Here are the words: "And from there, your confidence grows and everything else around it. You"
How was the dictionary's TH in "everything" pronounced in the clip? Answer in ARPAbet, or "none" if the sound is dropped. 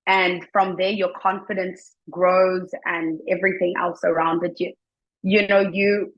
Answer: TH